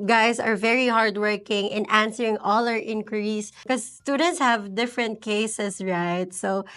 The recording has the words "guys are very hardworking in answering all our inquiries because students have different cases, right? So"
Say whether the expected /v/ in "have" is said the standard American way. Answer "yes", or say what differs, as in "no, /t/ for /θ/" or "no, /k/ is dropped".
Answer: yes